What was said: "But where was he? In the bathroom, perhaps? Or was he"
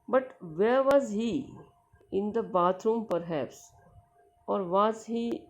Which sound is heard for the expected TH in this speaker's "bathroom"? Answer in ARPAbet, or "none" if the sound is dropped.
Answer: T